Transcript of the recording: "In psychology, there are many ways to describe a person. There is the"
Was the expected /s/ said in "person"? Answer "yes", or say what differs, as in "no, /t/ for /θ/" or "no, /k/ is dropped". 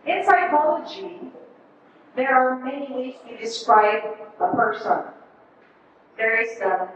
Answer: yes